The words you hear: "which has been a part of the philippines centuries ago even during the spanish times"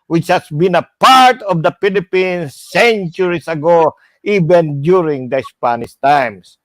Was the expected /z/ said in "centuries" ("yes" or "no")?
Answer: no